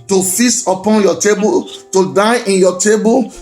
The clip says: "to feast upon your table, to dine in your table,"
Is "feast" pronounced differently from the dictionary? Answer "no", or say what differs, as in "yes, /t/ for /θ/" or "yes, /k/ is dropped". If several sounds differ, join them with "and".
yes, /t/ is dropped